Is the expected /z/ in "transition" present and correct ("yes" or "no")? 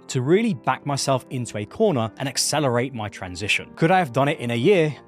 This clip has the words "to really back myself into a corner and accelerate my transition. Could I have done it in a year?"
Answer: yes